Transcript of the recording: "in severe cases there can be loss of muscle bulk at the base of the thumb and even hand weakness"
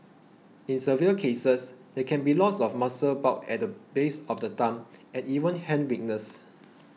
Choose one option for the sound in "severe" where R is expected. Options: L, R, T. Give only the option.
L